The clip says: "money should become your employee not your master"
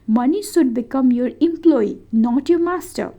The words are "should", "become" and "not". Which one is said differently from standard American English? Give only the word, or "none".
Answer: should